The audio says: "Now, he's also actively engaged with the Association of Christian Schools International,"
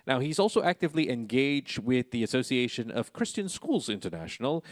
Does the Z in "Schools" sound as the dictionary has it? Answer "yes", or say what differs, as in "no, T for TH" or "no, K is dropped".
yes